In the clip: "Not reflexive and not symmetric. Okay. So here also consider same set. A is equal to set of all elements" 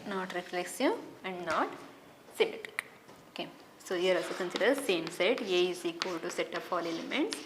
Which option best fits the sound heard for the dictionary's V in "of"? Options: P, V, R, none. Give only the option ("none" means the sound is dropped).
P